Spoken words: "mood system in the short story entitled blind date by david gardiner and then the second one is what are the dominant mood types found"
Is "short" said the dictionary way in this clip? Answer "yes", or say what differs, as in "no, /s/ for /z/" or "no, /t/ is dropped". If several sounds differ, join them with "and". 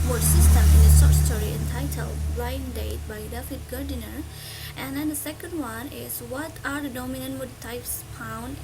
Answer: no, /s/ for /ʃ/